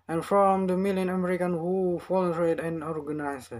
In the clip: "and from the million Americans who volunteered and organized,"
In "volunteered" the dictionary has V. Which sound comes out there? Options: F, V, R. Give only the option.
F